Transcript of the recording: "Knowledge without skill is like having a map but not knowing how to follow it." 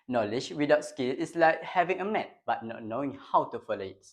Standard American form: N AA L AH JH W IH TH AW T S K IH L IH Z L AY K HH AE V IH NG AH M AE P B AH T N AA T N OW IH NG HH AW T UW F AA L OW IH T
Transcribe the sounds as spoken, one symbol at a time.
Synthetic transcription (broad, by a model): N AA L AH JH W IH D AW T S K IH L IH S L AY K HH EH V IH NG AH M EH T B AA T N AA T N OW IH NG HH AW T UW F AA L OW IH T